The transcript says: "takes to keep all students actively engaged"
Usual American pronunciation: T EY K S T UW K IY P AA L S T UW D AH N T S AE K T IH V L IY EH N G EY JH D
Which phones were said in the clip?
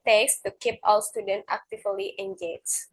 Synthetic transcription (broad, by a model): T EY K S T UW K IY P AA W S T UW D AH N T AE K T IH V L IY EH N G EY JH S